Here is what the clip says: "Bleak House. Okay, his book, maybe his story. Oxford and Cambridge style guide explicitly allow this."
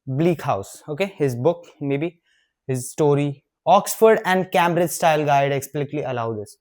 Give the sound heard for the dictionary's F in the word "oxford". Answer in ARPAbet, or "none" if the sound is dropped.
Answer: F